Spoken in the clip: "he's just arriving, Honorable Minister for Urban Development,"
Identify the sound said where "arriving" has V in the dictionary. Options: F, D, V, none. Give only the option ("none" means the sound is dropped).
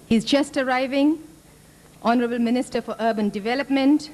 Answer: V